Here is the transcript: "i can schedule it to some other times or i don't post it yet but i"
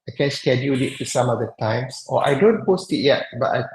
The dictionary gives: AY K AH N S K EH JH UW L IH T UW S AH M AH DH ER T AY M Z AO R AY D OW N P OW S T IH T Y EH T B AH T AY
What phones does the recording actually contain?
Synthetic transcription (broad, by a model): AY K AH N S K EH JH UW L IH T UW S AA M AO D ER T AY M S AO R AY D OW N P OW S T IH T Y EH T B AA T AY